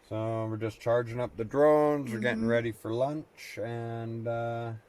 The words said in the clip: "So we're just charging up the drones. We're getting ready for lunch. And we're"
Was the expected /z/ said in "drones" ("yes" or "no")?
yes